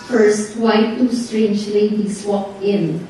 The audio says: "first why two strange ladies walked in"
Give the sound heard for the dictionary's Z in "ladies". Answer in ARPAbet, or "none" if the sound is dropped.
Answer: S